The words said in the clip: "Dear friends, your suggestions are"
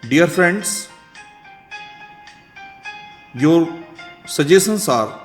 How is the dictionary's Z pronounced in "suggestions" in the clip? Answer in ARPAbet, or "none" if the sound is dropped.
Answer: S